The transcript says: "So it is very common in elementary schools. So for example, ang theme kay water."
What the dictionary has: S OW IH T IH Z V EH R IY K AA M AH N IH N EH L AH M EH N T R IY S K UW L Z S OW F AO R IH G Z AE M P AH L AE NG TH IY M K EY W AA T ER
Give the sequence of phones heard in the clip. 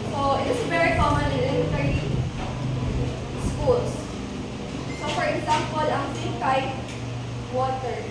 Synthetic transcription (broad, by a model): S OW IH T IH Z V EH R IY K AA M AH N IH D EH AH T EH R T IY S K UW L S S OW F AO R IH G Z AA M P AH L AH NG S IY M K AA W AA T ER